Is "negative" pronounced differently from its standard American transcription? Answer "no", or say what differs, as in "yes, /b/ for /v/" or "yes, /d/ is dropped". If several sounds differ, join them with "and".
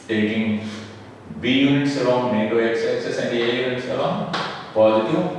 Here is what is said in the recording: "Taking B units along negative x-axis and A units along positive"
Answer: yes, /v/ is dropped